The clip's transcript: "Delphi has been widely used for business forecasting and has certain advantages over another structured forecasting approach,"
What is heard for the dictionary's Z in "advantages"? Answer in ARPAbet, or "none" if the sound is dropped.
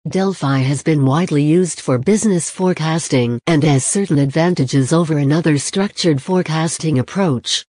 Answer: Z